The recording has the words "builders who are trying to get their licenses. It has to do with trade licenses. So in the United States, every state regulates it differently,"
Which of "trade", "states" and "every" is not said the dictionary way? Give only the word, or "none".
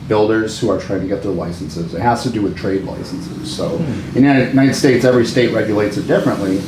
none